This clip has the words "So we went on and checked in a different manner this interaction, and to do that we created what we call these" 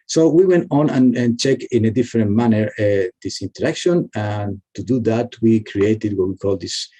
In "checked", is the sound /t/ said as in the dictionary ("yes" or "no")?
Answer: no